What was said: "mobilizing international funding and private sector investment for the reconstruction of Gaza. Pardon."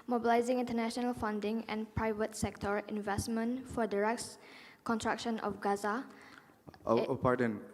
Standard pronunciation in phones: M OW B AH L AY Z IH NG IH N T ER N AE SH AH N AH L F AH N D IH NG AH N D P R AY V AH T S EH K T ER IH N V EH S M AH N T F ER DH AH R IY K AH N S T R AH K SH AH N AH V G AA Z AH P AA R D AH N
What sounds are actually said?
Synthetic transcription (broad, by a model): M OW B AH L AY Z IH NG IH N T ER N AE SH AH N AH L F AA N D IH NG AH N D P R AY V AH T S EH K T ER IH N V EH S M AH N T F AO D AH R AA K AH N T R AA K SH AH N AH F G AA Z AH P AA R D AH N